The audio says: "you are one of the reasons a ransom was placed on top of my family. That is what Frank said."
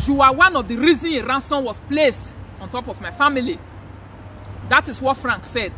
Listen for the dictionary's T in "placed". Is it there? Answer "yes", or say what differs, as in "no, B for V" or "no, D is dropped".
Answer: yes